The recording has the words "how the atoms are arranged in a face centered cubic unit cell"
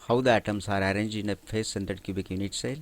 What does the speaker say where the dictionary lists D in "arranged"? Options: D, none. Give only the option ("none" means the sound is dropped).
none